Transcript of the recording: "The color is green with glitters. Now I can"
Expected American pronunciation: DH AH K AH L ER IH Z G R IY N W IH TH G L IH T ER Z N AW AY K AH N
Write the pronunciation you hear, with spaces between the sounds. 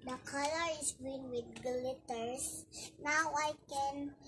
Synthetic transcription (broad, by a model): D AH K AH L ER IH S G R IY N W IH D G L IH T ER S N AW AY K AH N